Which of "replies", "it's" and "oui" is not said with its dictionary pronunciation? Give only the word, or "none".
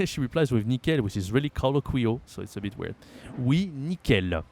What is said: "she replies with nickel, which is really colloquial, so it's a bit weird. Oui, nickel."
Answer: none